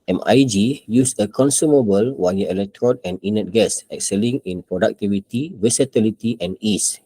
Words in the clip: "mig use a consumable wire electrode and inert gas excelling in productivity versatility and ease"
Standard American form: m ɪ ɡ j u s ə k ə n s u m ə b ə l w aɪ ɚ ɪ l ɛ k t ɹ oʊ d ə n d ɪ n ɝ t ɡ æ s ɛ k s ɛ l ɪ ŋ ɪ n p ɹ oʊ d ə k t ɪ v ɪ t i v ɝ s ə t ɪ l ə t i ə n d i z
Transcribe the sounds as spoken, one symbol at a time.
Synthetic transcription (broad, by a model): m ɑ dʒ j u s ə k ə n s u m ə b ə l w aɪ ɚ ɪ l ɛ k t ɹ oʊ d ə n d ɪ n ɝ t ɡ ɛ s ɛ k s ɛ l ɪ ŋ ɪ n p ɹ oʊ d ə k t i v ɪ t i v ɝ s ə t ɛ l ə t i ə n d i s